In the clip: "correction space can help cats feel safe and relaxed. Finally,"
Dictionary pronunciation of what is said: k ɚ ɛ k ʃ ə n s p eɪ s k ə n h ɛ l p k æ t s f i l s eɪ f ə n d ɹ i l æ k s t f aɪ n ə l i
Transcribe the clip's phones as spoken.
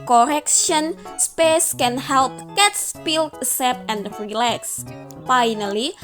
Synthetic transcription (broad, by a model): k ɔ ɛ k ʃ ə n s p eɪ s k ə n h ɛ l p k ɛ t s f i l s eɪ p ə n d ɹ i l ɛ k s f aɪ n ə l i